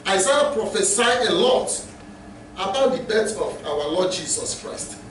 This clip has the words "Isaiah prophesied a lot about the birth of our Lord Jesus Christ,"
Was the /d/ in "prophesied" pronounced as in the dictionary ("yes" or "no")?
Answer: no